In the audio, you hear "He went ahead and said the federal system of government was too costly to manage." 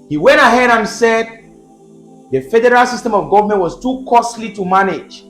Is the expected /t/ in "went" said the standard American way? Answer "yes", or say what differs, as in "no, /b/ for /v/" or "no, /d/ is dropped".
yes